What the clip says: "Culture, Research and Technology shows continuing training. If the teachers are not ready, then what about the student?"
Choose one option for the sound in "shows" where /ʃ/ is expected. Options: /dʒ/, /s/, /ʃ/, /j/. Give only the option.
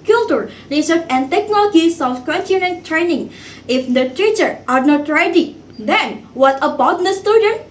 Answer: /s/